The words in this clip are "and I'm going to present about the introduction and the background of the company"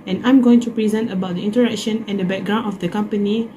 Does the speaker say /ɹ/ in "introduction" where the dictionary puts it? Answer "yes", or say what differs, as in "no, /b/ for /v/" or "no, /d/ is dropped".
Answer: no, /ɹ/ is dropped